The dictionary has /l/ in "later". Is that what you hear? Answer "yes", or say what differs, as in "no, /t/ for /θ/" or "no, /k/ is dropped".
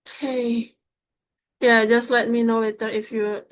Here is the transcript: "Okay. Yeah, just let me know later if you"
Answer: no, /w/ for /l/